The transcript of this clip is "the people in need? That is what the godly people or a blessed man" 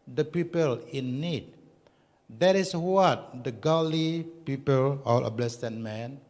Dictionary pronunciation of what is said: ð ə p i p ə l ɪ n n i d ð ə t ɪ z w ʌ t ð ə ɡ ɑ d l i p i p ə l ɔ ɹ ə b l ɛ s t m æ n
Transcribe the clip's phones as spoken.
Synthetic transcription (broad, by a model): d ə p i p ə l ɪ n n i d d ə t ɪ s w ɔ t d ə ɡ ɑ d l i p i p ə l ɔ l ə b l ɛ s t m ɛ n